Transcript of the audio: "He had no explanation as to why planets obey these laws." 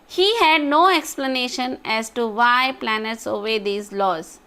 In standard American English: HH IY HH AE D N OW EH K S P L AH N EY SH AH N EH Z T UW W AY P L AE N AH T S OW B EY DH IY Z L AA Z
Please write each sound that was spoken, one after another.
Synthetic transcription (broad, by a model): HH IY HH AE D N OW EH K S P L AH N EY SH AH N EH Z T UW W AY P L AE N AH T S OW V EY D IY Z L AA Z